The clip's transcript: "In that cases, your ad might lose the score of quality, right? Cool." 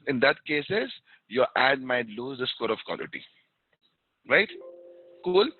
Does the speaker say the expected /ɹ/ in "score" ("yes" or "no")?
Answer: yes